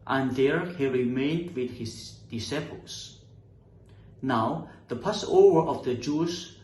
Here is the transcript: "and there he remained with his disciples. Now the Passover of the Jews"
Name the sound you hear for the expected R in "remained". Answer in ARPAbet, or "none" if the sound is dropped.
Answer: R